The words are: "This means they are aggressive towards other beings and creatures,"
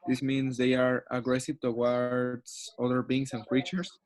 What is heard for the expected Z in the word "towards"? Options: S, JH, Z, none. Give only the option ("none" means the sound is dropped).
S